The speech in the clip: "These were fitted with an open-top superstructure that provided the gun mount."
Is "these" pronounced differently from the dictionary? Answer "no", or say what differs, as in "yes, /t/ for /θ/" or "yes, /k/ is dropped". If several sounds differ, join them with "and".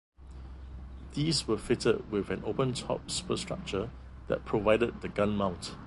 yes, /s/ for /z/